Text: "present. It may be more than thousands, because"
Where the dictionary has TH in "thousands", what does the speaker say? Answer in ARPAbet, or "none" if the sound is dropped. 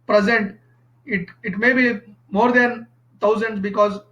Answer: T